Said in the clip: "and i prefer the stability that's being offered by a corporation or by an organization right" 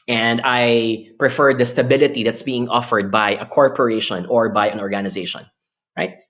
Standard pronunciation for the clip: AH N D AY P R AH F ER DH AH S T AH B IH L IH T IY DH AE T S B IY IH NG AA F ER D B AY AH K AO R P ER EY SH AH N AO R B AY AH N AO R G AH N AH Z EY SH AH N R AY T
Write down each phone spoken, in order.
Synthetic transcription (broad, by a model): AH N D AY P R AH F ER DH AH S T AH B IH L IH T IY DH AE T S B IY IH NG AA F ER D B AY AH K AO R P ER EY SH AH N AO R B AY AH N AO R G AH N AH Z EY SH AH N R AY T